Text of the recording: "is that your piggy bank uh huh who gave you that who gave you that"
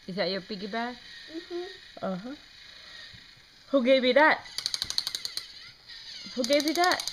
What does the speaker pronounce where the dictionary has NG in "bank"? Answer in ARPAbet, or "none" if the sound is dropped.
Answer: none